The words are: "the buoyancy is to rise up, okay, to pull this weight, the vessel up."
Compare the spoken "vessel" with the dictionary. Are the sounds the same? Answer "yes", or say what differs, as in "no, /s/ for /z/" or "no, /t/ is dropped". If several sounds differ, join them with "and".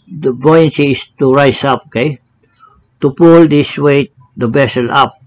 no, /b/ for /v/